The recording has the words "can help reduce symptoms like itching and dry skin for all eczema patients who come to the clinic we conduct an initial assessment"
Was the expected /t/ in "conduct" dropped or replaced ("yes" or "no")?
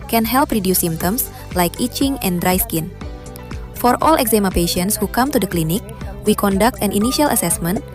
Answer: no